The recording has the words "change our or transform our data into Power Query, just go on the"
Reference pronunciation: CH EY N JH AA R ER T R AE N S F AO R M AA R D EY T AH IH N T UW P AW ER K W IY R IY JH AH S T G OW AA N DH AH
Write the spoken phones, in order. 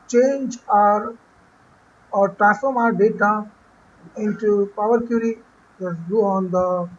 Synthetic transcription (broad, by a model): CH EY N JH AA R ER T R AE S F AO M AA R D EY T AH IH N T UW P AW ER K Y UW R IY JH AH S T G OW AA N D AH